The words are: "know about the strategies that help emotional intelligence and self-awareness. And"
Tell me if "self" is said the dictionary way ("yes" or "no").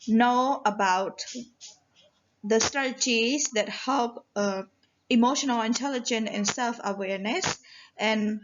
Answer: yes